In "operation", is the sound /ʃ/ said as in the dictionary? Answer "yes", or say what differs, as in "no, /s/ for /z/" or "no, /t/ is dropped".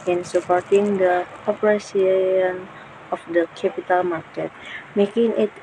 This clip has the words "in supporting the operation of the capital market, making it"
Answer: no, /s/ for /ʃ/